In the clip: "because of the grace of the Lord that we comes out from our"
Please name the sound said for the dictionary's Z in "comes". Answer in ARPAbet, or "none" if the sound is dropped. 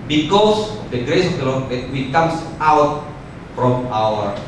S